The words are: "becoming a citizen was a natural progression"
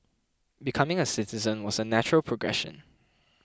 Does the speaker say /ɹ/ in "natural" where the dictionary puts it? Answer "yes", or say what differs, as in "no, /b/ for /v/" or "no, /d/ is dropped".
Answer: yes